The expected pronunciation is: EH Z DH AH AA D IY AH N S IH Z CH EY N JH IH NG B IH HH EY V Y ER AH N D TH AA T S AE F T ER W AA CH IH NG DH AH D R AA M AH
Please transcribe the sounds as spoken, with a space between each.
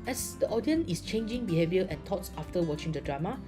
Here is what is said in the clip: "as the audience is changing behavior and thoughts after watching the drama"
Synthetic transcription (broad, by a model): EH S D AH AA D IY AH N IH S CH EY N JH IH NG B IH HH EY V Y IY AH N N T AA T S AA F T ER W AA CH IH NG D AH D R AA M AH